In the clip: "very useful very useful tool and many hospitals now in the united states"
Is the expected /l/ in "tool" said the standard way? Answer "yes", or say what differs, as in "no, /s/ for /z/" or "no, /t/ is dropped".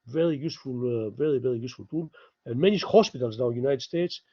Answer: no, /n/ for /l/